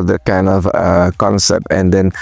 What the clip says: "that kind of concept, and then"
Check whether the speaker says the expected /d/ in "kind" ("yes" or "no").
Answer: yes